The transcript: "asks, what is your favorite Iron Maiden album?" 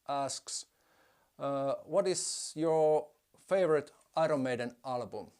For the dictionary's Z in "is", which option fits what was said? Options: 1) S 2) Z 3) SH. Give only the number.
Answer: 1